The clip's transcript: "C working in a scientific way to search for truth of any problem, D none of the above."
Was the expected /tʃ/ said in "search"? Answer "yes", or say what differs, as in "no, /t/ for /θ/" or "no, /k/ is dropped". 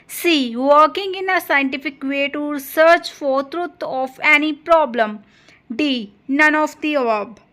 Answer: yes